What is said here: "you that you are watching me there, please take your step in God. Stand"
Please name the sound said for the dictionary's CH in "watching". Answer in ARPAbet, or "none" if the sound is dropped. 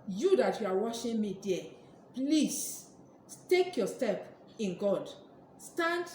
SH